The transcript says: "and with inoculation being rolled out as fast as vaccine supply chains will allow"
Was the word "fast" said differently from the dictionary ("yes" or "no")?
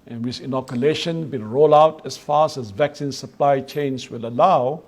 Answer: yes